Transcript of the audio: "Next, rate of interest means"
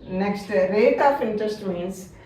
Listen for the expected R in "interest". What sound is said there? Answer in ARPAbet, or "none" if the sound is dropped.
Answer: none